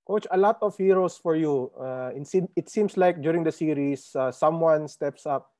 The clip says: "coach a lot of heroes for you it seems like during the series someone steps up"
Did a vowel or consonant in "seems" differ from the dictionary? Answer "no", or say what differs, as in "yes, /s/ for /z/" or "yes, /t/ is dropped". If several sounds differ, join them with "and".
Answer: yes, /s/ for /z/